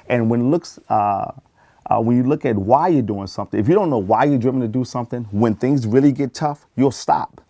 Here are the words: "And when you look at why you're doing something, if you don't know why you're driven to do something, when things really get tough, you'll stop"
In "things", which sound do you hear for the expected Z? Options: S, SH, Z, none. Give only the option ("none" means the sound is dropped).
Z